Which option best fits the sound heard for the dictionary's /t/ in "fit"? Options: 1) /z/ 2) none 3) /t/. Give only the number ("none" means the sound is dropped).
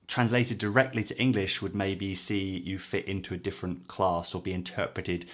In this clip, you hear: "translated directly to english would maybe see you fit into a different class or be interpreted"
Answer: 3